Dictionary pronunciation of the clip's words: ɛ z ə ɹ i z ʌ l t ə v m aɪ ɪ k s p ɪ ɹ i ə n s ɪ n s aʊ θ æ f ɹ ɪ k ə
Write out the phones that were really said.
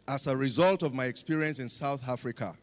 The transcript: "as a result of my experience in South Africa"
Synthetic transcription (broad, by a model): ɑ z ə ɹ i z ʌ l t ə v m aɪ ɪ k s p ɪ ɹ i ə n s ɪ n s aʊ θ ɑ f ɹ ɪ k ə